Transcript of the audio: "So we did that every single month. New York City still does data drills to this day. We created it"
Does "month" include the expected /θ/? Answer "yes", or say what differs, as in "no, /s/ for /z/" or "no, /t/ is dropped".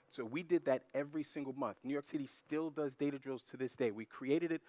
yes